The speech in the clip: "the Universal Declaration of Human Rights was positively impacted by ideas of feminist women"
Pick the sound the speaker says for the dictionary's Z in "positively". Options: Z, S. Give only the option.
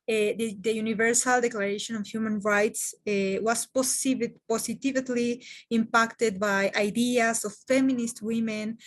S